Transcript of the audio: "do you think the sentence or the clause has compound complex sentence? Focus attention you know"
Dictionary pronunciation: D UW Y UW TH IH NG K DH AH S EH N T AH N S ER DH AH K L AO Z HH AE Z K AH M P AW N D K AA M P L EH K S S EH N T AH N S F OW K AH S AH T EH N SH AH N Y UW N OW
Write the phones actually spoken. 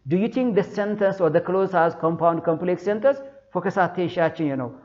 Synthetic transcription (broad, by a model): D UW Y UW T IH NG K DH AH S EH N T AH N S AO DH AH K L AO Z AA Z K AH M P AW N D K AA M P L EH K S S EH N T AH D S F OW K AH S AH T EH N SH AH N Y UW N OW